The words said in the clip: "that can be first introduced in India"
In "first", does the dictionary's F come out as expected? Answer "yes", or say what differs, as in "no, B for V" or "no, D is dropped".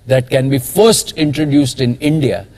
yes